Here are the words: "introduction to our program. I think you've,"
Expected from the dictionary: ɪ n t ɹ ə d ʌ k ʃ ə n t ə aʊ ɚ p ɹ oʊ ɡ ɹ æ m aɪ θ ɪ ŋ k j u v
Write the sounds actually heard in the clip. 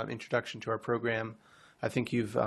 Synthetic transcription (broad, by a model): ɪ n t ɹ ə d ʌ k ʃ n t ə aʊ ɚ p ɹ oʊ ɡ ɹ æ m aɪ θ ɪ ŋ k j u v